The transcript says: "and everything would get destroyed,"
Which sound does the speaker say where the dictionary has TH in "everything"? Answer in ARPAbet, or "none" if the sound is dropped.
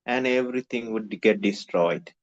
T